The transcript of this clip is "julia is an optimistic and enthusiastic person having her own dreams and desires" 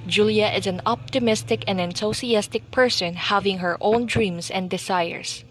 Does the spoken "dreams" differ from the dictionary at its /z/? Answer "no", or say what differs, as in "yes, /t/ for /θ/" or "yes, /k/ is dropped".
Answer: yes, /s/ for /z/